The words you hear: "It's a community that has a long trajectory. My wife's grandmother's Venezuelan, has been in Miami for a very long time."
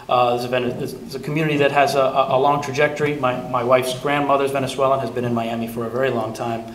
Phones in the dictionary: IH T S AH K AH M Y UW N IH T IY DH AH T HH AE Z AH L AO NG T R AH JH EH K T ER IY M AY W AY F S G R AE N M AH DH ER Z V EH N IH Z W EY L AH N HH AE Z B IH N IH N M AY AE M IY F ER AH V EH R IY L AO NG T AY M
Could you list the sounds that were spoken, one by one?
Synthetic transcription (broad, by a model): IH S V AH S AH M Y UW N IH T IY DH AH T HH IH Z AH L AO NG T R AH JH EH K T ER IY M AY W AY F S G R AE N M AH DH ER Z V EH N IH S W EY L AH N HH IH Z B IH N IH N M AY AE M IY F ER AH V EH R IY L AO NG T AY M